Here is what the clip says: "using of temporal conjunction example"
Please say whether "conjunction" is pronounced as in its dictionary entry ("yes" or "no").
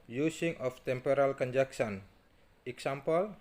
no